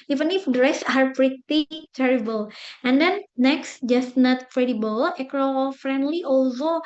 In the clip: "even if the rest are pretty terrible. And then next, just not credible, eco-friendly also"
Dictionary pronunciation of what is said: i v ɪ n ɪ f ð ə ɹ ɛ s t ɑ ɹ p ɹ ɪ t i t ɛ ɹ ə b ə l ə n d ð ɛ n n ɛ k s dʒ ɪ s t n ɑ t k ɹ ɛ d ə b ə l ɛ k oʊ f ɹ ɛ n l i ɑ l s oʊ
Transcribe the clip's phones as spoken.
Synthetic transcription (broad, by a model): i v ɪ n ɪ f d ɹ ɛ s ɑ ɹ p ɹ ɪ t i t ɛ ɹ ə b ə l ə n d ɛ n n ɛ k s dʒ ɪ s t n ɑ t k ɹ ɛ d ə b ə l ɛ k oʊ f ɹ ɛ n l i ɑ l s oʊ